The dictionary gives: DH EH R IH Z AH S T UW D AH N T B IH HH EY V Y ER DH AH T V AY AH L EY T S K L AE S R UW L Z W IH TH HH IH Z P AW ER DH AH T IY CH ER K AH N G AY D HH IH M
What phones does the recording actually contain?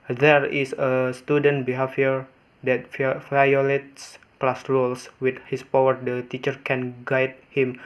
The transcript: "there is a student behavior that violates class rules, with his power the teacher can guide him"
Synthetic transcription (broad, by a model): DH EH R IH S AH S T UW D AH N T B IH HH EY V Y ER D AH T F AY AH L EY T S K L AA S R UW L S W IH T HH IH S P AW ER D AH T IY CH ER K AH N G AY D HH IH M